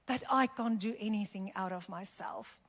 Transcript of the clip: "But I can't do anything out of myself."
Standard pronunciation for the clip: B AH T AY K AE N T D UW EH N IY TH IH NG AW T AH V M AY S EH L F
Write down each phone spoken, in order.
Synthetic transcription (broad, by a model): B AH T AY K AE N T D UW EH N IY TH IH NG AW T AH V M AY S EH L F